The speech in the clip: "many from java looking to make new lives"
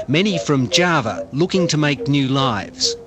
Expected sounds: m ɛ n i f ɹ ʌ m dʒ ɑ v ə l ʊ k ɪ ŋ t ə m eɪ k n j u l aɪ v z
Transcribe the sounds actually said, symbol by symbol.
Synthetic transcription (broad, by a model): m ɛ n i f ɹ ʌ m dʒ ɑ v ə l ʊ k ɪ ŋ t ə m eɪ k n j u l aɪ v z